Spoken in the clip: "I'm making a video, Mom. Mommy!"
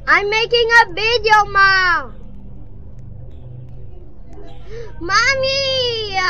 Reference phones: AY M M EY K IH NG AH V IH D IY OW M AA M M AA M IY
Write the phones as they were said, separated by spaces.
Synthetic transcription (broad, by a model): AY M M EY K IH NG AH B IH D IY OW M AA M M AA M IY